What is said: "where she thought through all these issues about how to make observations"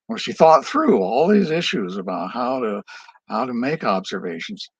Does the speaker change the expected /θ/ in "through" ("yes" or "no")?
no